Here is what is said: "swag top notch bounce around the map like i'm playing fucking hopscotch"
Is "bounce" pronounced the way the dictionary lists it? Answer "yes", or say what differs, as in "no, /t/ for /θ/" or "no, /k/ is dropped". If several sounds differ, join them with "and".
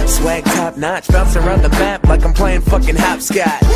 no, /l/ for /n/